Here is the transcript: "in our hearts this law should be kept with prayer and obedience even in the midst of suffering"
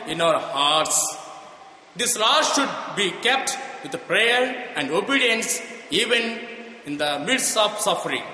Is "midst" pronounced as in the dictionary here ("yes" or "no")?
no